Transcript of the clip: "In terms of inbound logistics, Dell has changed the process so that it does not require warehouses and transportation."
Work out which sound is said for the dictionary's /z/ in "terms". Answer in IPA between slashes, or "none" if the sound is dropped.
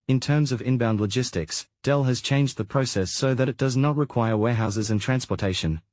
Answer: /z/